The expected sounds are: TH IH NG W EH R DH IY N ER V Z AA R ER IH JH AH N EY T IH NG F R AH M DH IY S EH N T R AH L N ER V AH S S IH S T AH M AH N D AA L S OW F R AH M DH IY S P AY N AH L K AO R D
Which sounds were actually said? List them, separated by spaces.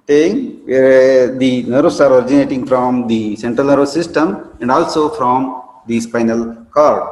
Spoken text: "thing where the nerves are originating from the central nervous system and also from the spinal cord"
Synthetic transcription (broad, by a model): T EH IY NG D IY N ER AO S AA R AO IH JH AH N EY T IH NG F R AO M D IY S EH N T R AH L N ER AH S S IH S T AH M AH N D AA L S OW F R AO M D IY S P AY N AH L K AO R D